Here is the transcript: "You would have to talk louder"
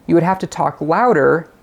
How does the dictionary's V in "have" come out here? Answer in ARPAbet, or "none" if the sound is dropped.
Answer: F